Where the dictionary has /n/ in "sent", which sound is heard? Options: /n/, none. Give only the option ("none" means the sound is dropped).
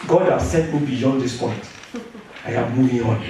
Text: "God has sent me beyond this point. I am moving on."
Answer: none